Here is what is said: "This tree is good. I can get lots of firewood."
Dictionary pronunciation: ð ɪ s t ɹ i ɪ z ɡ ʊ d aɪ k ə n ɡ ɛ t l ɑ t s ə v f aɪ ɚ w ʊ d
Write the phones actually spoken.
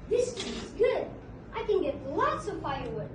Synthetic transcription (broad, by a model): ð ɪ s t i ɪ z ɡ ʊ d aɪ k ə n ɡ ɛ t l ɑ t s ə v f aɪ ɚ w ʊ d